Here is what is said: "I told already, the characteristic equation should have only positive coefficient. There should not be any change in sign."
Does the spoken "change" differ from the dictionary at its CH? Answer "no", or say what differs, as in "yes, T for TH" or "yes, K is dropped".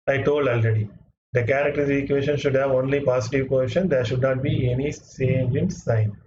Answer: yes, S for CH